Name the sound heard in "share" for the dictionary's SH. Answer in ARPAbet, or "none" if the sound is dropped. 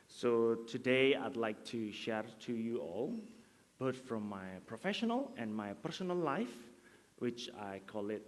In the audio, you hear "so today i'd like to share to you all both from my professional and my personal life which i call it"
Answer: SH